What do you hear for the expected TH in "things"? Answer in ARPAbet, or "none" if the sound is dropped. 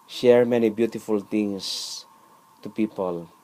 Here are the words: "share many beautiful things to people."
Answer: T